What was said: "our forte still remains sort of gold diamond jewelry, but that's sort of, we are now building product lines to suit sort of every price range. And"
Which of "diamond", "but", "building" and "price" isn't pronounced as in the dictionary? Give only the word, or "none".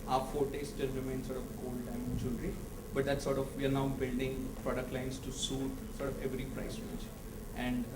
diamond